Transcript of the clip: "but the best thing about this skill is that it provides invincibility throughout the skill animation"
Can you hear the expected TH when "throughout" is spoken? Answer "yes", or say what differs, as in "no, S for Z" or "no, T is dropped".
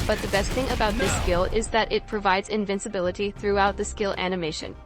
yes